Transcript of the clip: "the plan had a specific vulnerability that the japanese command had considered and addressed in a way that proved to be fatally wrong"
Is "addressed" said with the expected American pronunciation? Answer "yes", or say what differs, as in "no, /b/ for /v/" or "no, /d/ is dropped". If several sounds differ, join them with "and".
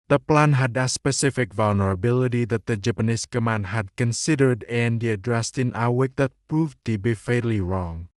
yes